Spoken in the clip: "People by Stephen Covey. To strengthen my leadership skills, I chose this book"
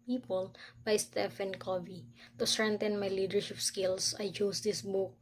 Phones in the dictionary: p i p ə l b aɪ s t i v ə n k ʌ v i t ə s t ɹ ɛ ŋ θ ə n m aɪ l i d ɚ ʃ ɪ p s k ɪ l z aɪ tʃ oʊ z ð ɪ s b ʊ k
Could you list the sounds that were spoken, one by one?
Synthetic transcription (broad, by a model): p i p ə l b aɪ s t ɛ f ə n k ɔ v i t ə s t ɹ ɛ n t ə n m aɪ l i d ɚ ʃ ɪ p s k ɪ l s aɪ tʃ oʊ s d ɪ s b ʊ k